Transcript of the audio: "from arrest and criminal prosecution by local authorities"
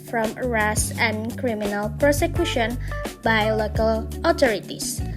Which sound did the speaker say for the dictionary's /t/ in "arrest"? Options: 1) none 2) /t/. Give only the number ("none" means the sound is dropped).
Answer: 1